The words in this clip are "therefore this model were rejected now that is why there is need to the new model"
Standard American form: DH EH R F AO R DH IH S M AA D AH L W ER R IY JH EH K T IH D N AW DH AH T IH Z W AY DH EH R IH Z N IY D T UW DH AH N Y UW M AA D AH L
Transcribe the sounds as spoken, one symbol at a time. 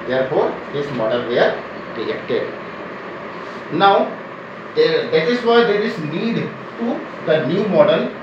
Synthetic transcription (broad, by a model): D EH R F AO R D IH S M AA D AH L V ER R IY EH K T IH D N AW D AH T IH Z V AY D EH R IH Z N IY D T UW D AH N Y UW M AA D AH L